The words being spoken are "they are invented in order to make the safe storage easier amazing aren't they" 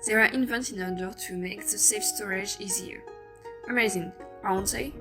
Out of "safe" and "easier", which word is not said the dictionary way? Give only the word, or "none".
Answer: none